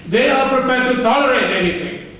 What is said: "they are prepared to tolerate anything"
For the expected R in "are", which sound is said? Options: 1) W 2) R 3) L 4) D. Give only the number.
2